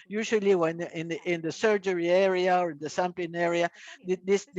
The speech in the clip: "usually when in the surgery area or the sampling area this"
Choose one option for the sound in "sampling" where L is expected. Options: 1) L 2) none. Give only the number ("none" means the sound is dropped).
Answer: 2